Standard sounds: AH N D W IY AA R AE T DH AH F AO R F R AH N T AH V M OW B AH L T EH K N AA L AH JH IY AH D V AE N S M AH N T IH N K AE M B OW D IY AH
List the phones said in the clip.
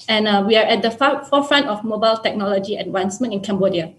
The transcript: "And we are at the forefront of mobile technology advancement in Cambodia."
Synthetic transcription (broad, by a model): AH N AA W IY AA R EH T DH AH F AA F F R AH N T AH F M OW B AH L T EH K N AA L AH JH IY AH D W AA N S M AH N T IH N K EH M B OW D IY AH